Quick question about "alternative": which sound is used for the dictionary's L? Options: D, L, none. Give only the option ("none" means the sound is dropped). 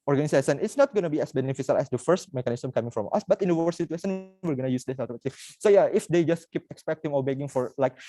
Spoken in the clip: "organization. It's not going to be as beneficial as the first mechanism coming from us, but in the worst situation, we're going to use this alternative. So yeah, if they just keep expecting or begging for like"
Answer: none